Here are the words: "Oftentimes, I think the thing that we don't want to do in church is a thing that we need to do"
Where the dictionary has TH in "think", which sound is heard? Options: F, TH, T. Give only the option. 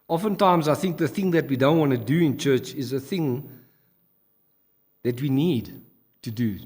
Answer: TH